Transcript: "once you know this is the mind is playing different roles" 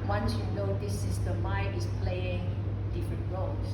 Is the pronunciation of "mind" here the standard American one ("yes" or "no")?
no